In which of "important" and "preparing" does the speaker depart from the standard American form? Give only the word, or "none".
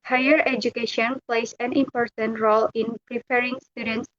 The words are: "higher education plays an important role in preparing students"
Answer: none